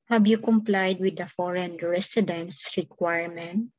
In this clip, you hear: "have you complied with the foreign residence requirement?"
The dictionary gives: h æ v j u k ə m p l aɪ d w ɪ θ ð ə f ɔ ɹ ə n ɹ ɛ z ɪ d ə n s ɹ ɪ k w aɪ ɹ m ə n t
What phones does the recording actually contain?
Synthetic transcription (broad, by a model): h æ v j u k ə m p l aɪ d w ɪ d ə f ɔ ɹ ə n ɹ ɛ s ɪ d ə n s ɹ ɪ k w aɪ ɹ m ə n t